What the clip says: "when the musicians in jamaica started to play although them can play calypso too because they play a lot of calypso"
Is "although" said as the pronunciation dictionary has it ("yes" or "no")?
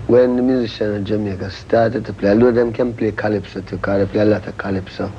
no